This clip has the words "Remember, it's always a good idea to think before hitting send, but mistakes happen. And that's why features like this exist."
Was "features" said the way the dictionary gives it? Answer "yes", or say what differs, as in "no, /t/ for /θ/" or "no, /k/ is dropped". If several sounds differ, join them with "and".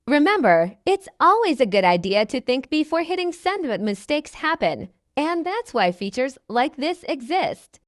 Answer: yes